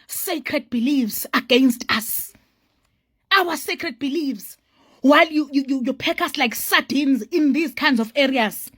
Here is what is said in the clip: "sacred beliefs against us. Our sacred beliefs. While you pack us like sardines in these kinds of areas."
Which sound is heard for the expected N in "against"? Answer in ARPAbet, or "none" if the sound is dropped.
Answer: N